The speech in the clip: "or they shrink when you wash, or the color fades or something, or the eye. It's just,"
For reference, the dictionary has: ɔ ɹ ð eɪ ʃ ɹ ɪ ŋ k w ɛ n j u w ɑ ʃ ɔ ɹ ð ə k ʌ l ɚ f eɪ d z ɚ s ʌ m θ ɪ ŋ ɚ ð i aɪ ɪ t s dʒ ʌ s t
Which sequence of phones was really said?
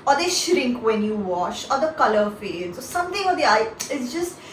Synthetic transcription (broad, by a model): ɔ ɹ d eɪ ʃ ɹ ɪ ŋ k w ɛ n j u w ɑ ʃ ɔ ɹ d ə k ʌ l ɚ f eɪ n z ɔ s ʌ m t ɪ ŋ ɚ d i aɪ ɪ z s dʒ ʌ s t